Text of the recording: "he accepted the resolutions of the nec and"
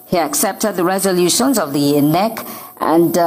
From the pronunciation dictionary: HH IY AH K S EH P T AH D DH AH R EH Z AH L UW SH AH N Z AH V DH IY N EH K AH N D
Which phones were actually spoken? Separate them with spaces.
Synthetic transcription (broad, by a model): HH IY AH K S EH P T AH D DH AH R EH Z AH L UW SH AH N Z AH V DH IY N EH K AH N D